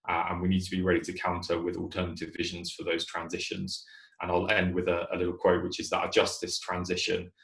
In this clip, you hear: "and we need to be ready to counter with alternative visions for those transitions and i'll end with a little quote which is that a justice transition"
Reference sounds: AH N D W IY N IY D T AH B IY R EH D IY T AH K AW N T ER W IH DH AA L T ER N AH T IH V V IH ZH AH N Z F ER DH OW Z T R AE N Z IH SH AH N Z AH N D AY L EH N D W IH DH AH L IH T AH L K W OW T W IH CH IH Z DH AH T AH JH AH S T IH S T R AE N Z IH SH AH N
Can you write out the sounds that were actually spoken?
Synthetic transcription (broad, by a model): AH N W IY N IY D T AH B IY R EH D IY T AH K AW N T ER W IH DH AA L T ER N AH T IH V V IH ZH AH N Z F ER DH OW Z T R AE N Z IH SH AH N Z AH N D AY L EH N D W IH DH AH L IH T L K W OW T W IH CH IH Z DH AH T AH JH AH S T IH S T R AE N Z IH SH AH N